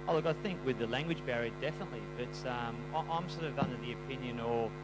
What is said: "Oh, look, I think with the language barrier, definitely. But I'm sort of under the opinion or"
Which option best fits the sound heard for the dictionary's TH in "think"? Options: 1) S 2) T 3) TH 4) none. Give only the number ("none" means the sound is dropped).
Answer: 3